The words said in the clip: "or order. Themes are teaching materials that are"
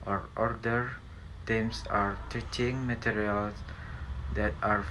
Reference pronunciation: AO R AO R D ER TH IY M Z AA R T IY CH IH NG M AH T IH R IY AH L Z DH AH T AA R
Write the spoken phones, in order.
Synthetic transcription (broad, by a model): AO R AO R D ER T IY M S AA R T IY CH IH NG M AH T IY R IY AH L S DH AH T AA R